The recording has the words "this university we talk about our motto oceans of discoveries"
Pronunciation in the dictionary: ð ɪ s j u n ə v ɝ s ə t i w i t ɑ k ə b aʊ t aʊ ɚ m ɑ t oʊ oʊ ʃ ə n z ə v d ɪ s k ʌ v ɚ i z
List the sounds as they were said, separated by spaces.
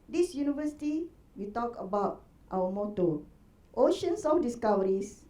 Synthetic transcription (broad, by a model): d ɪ s j u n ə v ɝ s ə t i w i t ɑ k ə b aʊ t aʊ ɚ m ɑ t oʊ oʊ ʃ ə n s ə f d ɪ s k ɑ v ɚ i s